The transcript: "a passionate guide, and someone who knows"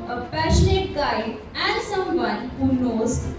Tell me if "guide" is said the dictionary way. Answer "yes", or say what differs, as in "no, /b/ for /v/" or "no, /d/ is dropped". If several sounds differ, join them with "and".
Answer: no, /d/ is dropped